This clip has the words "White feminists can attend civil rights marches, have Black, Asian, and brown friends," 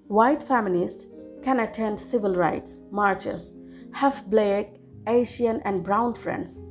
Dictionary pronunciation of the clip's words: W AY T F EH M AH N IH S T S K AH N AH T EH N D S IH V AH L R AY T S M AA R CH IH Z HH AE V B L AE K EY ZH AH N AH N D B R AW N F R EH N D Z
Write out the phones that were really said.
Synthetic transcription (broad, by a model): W AY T F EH M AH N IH S T K AH N AH T EH N D S IH V AH L R AY T S M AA R CH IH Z HH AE F B L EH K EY SH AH N AH N D B R AW N F R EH N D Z